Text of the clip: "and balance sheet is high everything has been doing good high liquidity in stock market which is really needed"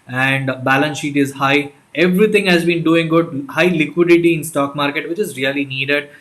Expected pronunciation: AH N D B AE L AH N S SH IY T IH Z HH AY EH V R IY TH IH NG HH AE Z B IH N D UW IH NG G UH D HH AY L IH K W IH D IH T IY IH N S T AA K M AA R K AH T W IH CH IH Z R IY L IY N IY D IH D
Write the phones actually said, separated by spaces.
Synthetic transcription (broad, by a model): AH N D B AE L AH N S SH IY T IH Z HH AY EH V R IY T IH NG HH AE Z B IH N D UW IH NG G UH D HH AY L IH K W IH D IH T IY IH N S T AA K M AA R K AH T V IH CH IH Z R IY L IY N IY D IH D